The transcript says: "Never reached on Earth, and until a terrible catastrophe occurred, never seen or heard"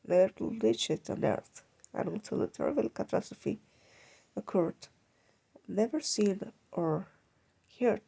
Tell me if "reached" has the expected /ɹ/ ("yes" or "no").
no